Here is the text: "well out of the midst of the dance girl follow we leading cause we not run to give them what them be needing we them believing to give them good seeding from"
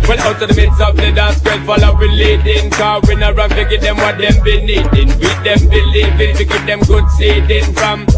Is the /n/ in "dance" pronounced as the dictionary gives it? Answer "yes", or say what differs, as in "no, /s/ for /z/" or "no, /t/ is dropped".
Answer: no, /n/ is dropped